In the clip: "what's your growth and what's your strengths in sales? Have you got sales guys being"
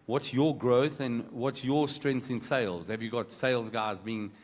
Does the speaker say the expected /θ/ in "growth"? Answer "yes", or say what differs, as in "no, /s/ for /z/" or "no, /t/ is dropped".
yes